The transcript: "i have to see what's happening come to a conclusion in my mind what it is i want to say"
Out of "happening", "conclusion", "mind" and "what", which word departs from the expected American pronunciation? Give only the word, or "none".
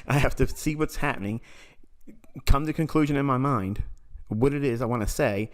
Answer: none